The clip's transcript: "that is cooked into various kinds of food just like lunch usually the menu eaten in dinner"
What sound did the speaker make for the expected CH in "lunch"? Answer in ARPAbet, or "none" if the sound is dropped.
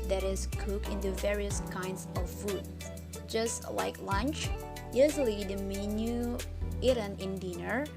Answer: CH